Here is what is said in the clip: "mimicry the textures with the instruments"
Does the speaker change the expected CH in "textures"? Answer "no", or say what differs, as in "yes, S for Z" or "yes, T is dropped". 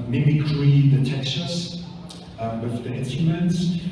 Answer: yes, CH is dropped